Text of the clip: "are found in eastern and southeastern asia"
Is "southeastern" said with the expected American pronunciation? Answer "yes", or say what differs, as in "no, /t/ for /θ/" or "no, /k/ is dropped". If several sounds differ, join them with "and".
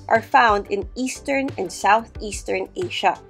yes